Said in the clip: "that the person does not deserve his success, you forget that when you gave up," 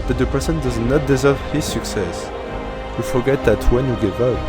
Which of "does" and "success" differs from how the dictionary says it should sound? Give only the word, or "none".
none